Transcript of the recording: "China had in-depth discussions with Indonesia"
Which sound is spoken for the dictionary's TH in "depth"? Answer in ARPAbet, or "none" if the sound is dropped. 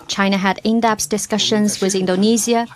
S